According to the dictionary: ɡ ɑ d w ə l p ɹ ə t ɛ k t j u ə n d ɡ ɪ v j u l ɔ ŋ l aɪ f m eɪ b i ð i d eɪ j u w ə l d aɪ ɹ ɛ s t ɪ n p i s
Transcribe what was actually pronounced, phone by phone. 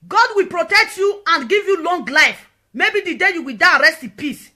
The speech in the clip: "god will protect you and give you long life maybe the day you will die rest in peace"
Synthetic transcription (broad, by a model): ɡ ɑ d w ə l p ɹ ə t ɛ k t j u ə n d ɡ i v j u l ɔ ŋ l aɪ f m eɪ b i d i d eɪ j u w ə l d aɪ ɹ ɛ s t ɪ p i s